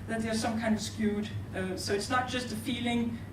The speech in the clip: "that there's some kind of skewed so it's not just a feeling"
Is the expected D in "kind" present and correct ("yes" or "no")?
yes